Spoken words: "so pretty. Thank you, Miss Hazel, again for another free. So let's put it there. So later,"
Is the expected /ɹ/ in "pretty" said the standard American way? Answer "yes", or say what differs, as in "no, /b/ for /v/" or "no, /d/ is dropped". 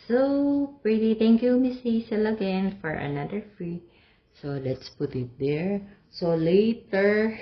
yes